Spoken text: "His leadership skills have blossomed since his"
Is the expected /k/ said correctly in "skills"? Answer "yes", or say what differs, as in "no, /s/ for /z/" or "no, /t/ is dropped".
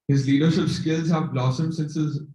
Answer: yes